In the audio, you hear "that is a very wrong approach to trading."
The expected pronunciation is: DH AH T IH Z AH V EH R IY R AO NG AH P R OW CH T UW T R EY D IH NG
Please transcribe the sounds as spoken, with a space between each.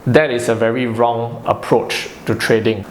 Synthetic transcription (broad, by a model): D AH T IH S AH V EH R IY R AO NG AH P R OW CH T UW T R EY D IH NG